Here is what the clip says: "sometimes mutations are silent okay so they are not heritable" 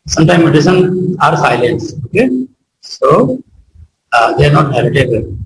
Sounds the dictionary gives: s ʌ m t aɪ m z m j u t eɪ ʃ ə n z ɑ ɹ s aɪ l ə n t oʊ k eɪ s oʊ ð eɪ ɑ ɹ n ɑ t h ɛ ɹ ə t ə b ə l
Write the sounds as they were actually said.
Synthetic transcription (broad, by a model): s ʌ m t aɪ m m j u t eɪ s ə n ɑ ɹ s aɪ l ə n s oʊ k eɪ s oʊ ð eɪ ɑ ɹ n ɑ t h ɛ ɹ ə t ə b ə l